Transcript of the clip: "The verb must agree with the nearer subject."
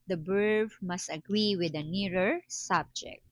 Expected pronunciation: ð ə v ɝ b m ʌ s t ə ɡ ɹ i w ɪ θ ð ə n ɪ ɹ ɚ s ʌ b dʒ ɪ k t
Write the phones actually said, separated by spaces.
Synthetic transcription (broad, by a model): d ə b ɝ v m ʌ s t ə ɡ ɹ i w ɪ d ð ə n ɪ ɹ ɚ s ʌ b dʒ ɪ k t